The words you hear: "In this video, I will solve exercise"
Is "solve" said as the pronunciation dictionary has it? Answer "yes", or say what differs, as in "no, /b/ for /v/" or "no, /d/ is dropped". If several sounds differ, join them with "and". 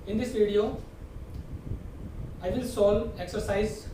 no, /v/ is dropped